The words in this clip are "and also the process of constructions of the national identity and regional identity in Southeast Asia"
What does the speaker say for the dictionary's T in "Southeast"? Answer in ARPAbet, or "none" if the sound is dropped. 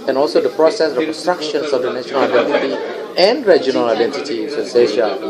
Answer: none